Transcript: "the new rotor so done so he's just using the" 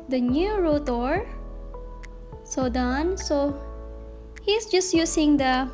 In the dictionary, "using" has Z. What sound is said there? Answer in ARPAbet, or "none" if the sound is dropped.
S